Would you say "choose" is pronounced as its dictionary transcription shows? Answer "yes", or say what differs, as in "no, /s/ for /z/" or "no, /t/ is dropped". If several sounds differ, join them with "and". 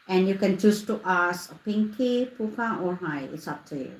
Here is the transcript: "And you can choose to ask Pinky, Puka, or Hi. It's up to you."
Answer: no, /s/ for /z/